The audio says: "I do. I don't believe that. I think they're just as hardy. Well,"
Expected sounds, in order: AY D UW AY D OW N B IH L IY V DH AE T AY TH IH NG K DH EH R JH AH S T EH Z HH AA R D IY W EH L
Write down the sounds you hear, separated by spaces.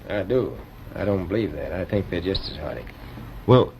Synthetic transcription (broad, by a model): AY D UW AY D OW N B IH L IY V DH AE T AY TH IH NG K DH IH JH AH S T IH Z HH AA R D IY W EH L